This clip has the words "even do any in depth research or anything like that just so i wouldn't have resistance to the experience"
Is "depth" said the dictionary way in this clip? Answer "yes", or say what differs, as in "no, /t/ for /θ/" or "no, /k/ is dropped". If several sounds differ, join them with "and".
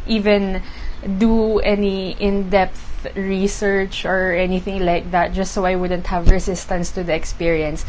yes